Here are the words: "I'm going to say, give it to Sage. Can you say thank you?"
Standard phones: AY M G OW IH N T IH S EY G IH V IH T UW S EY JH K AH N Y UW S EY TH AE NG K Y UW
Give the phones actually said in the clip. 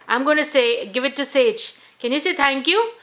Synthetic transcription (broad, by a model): AY M G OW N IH S EY G IH V IH T UW S EY JH K AH N Y UW S EY T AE NG K Y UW